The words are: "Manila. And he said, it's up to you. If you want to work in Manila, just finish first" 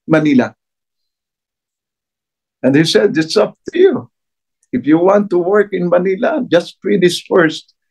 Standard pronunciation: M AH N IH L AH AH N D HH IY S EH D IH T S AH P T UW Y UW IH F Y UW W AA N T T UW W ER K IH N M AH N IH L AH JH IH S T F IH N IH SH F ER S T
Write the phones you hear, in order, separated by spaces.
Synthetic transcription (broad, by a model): M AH N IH L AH AH N D HH IY S EH D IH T S AH P T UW Y UW IH F Y UW W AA N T T UW W ER K IH N M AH N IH L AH JH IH S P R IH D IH S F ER S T